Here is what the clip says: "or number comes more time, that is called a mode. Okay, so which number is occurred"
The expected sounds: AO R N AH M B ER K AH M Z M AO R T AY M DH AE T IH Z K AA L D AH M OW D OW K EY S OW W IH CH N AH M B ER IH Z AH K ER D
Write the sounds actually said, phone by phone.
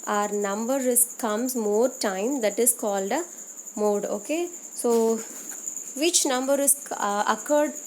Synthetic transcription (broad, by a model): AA R N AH M B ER K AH M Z M AO R T AY M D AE T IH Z K AA L D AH M OW D OW K EY S OW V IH CH N AH M B ER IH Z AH K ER D